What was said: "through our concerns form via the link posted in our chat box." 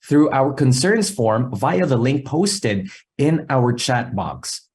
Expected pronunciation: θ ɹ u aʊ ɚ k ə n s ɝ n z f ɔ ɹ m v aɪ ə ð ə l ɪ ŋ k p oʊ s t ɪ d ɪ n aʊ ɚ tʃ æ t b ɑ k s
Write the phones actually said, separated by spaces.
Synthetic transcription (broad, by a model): θ ɹ u aʊ ɚ k ə n s ɝ n z f ɔ ɹ m v aɪ ə ð ə l ɪ ŋ k p oʊ s t ɪ d ɪ n aʊ ɚ tʃ æ t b ɑ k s